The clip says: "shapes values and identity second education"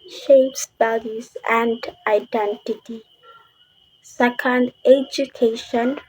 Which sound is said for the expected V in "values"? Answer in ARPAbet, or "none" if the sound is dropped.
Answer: B